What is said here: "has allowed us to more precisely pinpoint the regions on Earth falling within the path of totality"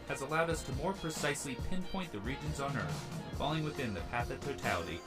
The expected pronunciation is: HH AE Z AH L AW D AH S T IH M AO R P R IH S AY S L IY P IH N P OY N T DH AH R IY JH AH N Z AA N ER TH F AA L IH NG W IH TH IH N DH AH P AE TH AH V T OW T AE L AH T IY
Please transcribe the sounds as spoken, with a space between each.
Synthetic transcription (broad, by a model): HH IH Z AH L AW D AH S T IH M AO R P R IH S AY S L IY P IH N P OY N DH AH R IY JH AH N Z N ER TH F AA L IH NG W IH TH IH N DH AH P AE TH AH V T OW T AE L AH T IY